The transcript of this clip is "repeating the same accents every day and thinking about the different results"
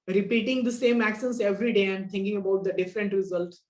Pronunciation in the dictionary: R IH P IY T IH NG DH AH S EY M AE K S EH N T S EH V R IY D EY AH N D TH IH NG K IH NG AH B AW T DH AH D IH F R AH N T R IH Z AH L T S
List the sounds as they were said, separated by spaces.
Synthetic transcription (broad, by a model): R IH P IY T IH NG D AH S EY M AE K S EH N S EH V R IY D EY AH N D T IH NG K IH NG AH B AW T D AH D IH F R AH N T R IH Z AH L T S